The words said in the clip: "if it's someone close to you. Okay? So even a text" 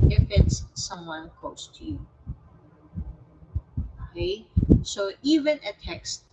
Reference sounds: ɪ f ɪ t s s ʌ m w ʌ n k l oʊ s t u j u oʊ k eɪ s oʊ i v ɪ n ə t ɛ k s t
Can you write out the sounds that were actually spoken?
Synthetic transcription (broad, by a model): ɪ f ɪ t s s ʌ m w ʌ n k oʊ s t u j u oʊ k eɪ s oʊ i v ɪ n ə t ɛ k s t